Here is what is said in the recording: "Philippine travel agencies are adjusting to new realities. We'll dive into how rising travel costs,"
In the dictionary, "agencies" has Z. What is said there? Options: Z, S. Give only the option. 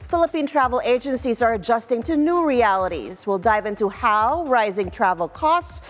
Z